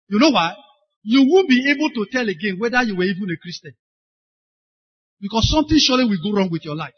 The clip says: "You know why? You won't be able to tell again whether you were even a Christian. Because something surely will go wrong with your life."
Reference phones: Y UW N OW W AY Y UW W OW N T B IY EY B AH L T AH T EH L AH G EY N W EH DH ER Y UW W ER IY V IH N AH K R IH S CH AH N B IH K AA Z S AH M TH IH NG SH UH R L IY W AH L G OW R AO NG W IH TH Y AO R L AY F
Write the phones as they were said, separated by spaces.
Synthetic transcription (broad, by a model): Y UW N OW W AY Y UW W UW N B IY EY B AH L T AH T EH L AH G EY N W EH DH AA Y UW W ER IY V IH N AH K R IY S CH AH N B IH K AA S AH M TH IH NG SH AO L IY W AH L G OW R AO NG W IH TH Y AO L AY F